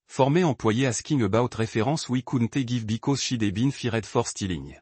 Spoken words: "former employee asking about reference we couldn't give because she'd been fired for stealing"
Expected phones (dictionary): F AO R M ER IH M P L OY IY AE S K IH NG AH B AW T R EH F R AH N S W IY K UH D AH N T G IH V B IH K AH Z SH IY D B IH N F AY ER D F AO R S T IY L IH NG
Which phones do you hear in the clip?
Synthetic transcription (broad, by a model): F AO R M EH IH P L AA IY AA S K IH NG AH B AW T R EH F R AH S W IY K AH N T G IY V B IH K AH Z SH IY D B IH N F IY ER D F AO R S T IY L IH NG